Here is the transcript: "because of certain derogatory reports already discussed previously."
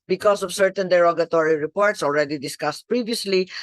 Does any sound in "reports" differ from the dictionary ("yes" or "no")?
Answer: no